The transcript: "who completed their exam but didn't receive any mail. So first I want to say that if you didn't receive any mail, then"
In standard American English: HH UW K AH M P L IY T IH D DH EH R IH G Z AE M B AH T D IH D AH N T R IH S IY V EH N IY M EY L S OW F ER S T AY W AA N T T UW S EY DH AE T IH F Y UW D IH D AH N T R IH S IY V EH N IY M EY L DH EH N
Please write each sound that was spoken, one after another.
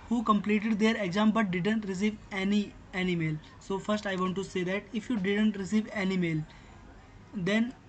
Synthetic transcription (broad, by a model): HH UW K AH M P L IY T IH D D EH R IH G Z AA M B AH T D IH D AH N T R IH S IY V EH N IY M EY L S OW F ER S T AY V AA N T T UW S EY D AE T IH F Y UW D IH D AH N T R IH S IY V EH N IY M EY L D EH N